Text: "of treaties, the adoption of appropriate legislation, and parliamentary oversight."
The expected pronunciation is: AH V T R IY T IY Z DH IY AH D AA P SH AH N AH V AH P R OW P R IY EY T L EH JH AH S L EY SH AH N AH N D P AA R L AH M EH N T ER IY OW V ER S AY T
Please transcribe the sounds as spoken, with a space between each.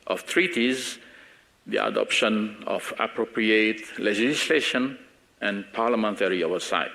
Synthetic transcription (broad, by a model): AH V T R IY T IY Z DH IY AH D AA P SH AH N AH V AH P R OW P R IY EY T L EH JH AH S L EY SH AH N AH N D P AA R L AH M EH N T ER IY OW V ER S AY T